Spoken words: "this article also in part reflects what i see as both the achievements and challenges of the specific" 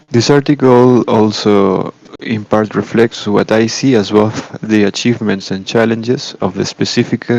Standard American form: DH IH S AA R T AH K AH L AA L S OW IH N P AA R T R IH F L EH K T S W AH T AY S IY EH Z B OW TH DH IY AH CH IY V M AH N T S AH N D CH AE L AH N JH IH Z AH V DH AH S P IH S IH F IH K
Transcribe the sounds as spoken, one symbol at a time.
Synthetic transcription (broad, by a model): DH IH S AA R T AH K AH L AA L S OW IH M P AA R T R IH F L EH K T S W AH T AY S IY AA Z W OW F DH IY AH CH IY V M AH N T S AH N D CH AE L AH N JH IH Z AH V DH AH S P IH S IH F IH K